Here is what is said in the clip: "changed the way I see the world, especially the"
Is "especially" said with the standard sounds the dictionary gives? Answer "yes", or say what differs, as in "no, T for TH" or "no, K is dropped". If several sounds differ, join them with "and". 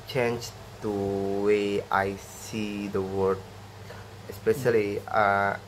no, L is dropped